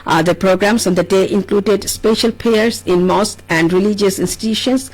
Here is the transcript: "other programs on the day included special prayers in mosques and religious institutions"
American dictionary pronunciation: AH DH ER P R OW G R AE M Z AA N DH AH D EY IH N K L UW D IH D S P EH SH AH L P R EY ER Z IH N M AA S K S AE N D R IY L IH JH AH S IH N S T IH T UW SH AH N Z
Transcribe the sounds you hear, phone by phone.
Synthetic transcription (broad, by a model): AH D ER P R OW G R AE M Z AA N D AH D EY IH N K L UW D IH D S P EH SH AH L P EY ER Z IH N M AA S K AE N D R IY L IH JH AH S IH N S T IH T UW SH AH N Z